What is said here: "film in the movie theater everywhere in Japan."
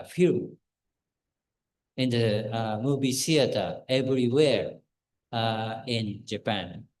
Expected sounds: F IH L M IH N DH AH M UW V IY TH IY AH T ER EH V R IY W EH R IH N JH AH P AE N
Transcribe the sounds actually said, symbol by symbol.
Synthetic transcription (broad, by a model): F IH IH N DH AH M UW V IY S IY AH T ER EH V R IY W EH R IH N JH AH P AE N